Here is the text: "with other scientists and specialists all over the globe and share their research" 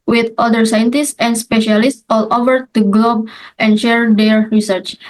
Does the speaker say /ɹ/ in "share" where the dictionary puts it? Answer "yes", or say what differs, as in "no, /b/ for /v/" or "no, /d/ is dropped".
yes